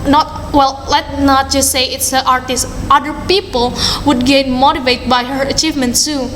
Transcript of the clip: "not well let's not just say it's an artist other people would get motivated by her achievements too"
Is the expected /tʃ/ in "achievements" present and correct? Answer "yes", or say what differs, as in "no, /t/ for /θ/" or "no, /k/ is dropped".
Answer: yes